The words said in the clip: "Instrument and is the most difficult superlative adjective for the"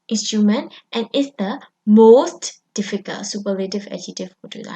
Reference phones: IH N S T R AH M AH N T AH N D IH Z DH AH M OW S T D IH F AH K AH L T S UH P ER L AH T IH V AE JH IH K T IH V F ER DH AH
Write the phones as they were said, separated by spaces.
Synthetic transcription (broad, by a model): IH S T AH M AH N T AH N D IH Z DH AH M OW S T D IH F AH K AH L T S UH P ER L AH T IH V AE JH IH T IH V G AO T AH